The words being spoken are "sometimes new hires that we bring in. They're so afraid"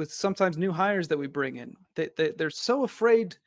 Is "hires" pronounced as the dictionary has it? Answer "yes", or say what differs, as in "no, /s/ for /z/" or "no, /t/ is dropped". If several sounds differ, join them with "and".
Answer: yes